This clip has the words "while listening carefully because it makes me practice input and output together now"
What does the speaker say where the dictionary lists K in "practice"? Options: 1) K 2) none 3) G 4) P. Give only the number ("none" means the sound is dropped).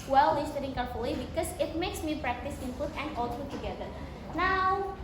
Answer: 1